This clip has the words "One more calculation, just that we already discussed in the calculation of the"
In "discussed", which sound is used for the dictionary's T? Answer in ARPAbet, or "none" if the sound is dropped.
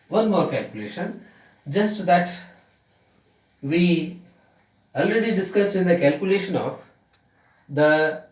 none